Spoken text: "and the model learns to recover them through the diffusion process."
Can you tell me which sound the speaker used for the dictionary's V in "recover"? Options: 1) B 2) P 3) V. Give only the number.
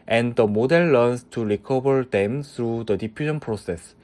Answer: 1